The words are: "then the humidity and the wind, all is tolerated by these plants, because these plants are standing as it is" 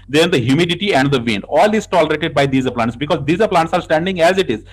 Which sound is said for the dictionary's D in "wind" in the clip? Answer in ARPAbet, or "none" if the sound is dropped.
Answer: none